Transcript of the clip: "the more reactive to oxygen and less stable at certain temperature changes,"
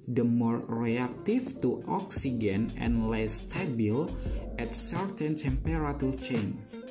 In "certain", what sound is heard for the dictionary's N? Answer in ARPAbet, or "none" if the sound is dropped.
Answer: N